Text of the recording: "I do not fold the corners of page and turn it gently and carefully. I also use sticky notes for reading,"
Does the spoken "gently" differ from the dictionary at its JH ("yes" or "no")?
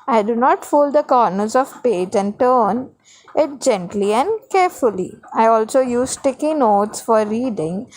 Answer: no